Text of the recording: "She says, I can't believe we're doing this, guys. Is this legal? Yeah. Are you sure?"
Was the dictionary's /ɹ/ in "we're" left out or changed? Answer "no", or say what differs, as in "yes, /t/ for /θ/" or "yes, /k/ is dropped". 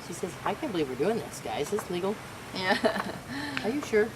no